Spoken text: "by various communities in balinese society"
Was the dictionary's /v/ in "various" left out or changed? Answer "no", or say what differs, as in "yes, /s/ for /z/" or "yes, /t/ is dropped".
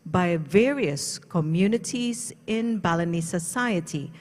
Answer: no